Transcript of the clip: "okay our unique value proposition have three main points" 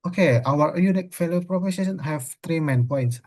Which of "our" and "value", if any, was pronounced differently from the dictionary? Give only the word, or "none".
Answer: value